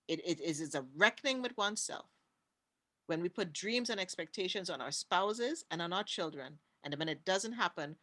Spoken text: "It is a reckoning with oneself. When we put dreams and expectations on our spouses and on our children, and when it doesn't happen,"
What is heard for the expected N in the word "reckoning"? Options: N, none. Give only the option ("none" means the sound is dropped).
N